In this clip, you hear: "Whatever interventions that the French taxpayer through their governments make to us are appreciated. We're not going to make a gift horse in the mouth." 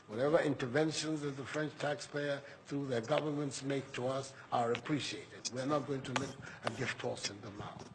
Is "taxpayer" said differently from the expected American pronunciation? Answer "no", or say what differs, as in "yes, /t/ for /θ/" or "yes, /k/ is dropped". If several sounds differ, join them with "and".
no